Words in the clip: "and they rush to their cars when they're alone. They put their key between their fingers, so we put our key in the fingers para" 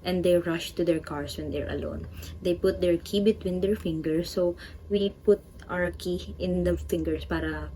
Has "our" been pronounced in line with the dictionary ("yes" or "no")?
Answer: no